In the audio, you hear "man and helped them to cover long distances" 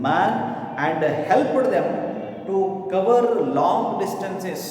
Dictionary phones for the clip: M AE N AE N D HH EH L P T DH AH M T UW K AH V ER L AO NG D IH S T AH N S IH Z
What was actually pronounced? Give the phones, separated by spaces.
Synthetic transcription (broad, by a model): M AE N AE N D HH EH L P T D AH M T UW K AH V ER L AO NG D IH S T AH N S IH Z